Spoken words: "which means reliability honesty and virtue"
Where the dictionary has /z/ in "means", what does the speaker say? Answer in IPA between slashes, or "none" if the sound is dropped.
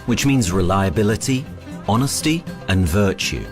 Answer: /z/